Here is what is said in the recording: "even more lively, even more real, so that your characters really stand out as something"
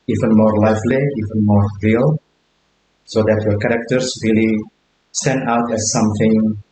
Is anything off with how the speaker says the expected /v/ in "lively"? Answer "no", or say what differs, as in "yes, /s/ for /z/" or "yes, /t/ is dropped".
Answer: yes, /f/ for /v/